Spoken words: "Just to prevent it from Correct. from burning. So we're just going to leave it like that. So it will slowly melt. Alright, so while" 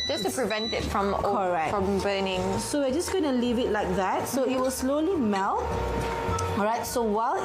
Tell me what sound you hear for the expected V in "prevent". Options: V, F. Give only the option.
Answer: V